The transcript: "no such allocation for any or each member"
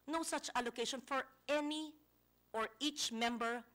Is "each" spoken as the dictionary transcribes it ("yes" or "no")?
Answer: yes